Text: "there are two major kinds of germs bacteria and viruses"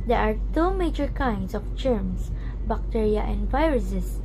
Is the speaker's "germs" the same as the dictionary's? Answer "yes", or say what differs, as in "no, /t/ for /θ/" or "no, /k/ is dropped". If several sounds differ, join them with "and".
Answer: no, /s/ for /z/